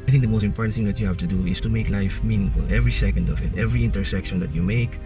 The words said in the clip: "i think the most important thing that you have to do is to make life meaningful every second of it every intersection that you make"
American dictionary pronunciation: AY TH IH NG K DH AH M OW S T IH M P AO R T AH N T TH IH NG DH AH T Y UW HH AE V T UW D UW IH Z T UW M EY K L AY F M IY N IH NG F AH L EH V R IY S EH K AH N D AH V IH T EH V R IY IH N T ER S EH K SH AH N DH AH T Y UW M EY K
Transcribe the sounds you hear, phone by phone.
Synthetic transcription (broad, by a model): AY TH IH NG K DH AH M OW S T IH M P AO R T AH N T TH IH NG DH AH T Y UW HH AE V T UW D UW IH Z T UW M EY K L AY F M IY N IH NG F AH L EH V R IY S EH K AH N D AH V IH T EH V R IY IH N T ER S EH K SH AH N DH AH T Y UW M EY K